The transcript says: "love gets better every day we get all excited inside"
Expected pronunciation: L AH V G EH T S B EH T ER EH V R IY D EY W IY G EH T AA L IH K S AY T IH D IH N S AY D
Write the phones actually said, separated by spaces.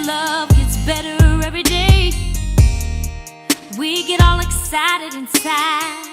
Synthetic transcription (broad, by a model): L AH V G EH T S B EH T ER EH V R IY D EY W IY G EH T AA L IH K S AY T IH D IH N S AY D